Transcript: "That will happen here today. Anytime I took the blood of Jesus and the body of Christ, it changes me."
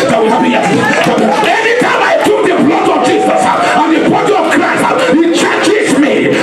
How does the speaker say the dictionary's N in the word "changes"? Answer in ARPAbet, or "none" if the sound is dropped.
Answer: none